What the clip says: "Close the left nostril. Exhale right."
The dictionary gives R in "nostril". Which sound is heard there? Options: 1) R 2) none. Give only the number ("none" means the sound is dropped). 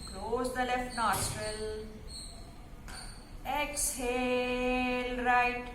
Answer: 2